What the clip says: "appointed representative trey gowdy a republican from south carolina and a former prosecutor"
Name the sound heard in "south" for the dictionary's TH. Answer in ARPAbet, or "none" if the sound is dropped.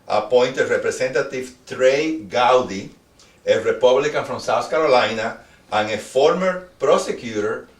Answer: S